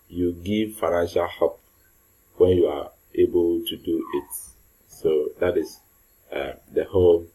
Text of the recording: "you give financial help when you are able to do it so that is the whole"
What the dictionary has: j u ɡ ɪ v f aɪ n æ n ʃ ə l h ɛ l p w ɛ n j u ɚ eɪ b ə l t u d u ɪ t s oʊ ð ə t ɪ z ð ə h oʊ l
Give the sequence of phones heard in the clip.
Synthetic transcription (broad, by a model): j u ɡ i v f aɪ n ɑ n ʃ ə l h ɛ p w ɛ n j u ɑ eɪ b ə l t u d u ɪ t s oʊ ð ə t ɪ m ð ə h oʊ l